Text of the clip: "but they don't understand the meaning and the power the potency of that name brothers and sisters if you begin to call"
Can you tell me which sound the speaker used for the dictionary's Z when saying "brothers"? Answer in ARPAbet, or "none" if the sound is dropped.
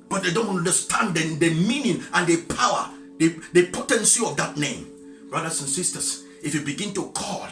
S